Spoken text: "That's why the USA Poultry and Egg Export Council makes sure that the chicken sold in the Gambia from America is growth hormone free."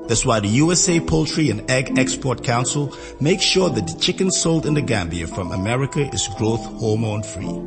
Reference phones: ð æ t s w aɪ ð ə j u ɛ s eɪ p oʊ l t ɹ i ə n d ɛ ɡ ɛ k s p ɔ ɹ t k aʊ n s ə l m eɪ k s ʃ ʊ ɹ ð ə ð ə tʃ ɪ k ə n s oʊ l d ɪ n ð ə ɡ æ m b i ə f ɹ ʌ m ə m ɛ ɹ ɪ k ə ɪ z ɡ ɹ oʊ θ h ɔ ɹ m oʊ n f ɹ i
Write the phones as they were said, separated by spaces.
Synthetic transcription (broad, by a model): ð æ t s w aɪ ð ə j u ɛ s eɪ p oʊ l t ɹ i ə n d ɛ ɡ ɛ k s p ɔ ɹ t k aʊ n s ə l m eɪ k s ʃ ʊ ɹ ð ə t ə tʃ ɪ k ə n s oʊ l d ɪ n ð ə ɡ æ m b i ə f ɹ ʌ m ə m ɛ ɹ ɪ k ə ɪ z ɡ ɹ oʊ θ h ɔ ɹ m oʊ n f ɹ i